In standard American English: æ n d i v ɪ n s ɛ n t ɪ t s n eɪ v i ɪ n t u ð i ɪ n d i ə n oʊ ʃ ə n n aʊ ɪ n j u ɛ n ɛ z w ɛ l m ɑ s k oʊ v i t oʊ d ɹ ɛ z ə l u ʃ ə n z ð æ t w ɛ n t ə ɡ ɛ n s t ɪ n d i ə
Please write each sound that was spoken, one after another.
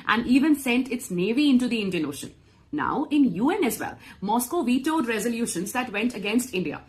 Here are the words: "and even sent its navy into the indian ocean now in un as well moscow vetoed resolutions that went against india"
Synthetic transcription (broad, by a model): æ n d i v ɪ n s ɛ n t ɪ t s n eɪ v i ɪ n t u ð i ɪ n d i ə n oʊ ʃ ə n n aʊ ɪ n j u ɛ n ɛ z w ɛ l m ɑ s k oʊ v i t oʊ d ɹ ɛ z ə l u ʃ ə n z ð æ t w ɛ n t ə ɡ ɛ n s t ɪ n d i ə